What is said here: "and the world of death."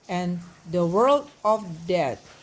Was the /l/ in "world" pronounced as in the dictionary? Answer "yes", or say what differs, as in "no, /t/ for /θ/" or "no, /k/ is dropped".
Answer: yes